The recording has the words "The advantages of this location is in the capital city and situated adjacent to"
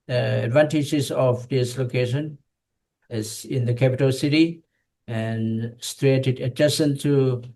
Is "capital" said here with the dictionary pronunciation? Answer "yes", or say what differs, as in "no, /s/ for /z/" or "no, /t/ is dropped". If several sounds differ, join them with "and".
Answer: yes